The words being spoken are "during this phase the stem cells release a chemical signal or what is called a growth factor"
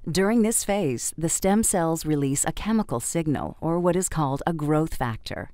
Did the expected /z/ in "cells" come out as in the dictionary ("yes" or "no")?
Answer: yes